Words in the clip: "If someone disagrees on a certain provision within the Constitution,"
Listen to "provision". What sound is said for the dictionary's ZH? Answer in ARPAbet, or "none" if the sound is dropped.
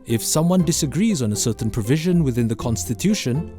ZH